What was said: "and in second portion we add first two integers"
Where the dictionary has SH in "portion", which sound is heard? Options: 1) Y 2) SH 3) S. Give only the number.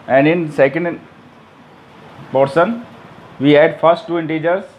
3